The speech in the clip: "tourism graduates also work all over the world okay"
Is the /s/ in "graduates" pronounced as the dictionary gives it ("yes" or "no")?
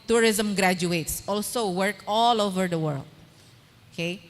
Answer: yes